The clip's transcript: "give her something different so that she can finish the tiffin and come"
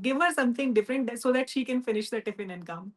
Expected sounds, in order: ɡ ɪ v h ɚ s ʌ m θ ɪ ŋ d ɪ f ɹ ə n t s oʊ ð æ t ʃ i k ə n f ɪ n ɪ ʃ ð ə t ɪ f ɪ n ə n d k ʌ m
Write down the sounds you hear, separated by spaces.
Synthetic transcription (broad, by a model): ɡ ɪ v h ɚ s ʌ m t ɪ ŋ d ɪ f ɹ ə n t s oʊ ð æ t ʃ i k ə n f ɪ n ɪ ʃ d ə t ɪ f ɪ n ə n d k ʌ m